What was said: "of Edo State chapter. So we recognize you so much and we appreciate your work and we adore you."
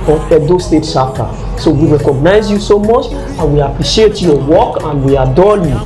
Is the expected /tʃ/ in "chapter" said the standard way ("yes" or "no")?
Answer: no